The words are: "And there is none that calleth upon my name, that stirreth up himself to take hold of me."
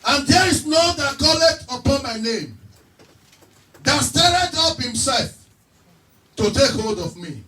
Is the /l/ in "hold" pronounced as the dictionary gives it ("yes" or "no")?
yes